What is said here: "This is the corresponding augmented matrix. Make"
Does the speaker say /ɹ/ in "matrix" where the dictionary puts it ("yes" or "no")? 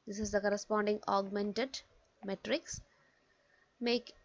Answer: yes